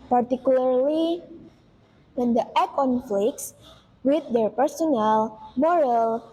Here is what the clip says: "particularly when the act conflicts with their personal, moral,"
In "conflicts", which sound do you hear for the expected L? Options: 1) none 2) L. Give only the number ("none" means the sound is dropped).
2